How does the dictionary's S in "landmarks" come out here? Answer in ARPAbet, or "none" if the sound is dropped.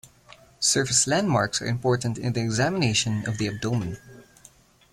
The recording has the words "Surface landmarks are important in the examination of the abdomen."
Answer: S